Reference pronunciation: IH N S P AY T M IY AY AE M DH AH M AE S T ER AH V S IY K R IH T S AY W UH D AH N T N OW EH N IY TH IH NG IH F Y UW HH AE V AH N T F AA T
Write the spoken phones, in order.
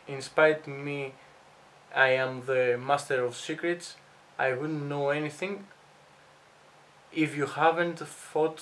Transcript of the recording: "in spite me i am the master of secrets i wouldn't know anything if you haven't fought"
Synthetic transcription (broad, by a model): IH N S P AY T M IY AY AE M DH AH M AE S T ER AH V S IY K R IH T S AY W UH D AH N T N OW EH N IY TH IH NG IH F Y UW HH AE V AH N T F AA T